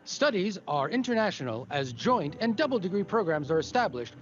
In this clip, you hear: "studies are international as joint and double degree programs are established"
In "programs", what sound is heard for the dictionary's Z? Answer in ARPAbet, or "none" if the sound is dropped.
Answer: Z